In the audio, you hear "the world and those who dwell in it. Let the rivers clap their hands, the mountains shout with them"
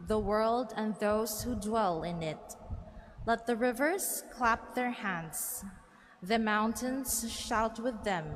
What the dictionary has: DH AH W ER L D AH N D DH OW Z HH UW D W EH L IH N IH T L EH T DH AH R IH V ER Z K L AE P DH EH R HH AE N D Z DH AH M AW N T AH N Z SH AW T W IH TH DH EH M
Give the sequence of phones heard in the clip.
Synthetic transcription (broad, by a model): DH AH W ER L D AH N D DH OW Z HH UW D W EH L IH N IH T L EH T DH AH R IH V ER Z K L AE P DH EH R HH AE N D Z DH AH M AW N T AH N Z SH AW T W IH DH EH M